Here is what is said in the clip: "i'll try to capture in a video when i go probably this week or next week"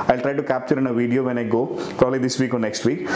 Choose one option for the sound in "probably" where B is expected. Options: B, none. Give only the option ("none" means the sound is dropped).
none